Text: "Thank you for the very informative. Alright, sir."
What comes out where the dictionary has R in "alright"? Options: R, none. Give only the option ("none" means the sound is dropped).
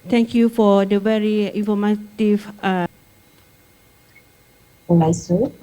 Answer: none